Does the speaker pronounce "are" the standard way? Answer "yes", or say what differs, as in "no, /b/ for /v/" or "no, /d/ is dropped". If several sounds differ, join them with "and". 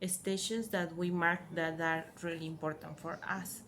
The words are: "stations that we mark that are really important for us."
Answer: yes